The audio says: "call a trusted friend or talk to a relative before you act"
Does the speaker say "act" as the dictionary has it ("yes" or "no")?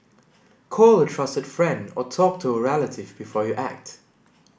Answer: yes